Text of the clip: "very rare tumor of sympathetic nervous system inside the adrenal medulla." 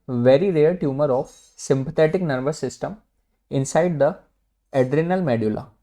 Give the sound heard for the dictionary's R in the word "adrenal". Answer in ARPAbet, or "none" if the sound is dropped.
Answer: R